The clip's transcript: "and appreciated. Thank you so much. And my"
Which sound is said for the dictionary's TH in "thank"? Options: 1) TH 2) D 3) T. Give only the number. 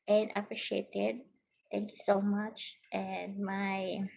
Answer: 3